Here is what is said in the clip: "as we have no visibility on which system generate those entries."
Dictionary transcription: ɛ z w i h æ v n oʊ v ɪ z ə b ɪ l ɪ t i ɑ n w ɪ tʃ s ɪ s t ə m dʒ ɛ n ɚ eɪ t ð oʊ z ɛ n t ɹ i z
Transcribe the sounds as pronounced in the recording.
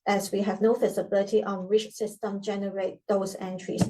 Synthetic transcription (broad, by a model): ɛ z w i h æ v n oʊ f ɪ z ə b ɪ l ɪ t i ɑ n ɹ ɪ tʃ s ɪ s t ə m dʒ ɛ n ɚ eɪ t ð oʊ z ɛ n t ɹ i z